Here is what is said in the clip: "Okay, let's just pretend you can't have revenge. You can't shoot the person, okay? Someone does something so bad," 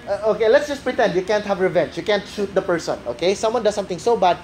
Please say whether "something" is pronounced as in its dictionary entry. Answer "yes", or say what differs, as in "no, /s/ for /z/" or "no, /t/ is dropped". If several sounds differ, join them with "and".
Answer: no, /t/ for /θ/